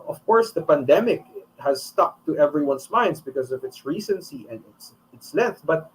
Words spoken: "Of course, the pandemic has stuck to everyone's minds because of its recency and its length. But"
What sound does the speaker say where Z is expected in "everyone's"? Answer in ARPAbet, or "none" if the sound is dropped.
S